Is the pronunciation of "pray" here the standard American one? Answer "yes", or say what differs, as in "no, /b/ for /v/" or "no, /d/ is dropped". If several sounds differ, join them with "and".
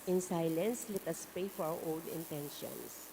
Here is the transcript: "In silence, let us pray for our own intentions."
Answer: no, /ɹ/ is dropped